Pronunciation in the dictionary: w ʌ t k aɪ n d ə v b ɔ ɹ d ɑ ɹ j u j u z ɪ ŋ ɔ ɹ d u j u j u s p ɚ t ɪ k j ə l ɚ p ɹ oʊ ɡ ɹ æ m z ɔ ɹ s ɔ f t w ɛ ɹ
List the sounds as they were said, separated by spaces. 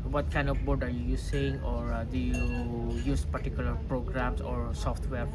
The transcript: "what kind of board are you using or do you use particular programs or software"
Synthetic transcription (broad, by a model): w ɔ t k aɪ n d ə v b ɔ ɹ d ɑ ɹ j u j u s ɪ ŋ ɔ ɹ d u j u j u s p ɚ t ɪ k j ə l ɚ p ɹ oʊ ɡ ɹ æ m s ɔ ɹ s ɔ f t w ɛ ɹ